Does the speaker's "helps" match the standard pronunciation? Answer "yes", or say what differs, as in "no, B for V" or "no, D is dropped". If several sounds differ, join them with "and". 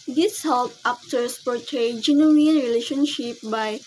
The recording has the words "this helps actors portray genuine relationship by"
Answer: no, S is dropped